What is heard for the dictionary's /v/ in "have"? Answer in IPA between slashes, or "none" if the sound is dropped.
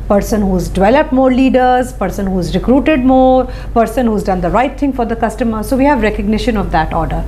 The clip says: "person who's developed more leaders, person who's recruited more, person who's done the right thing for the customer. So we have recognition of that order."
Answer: /v/